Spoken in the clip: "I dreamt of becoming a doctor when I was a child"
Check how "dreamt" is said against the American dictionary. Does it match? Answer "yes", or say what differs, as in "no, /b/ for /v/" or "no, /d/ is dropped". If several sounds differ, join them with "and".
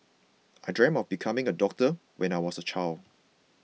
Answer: no, /t/ is dropped